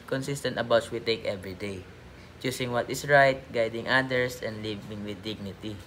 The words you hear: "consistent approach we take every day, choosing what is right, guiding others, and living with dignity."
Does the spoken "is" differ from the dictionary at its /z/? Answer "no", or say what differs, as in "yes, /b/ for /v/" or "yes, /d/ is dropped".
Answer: yes, /s/ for /z/